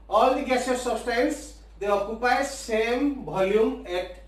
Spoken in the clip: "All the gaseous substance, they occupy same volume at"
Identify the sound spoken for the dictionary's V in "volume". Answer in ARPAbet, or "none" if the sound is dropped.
B